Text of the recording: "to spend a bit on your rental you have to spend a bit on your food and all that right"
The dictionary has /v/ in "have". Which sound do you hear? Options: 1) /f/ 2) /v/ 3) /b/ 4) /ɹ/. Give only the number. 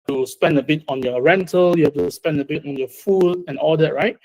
1